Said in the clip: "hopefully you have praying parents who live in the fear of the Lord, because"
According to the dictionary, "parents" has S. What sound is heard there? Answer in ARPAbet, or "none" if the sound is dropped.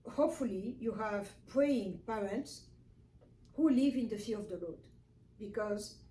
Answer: S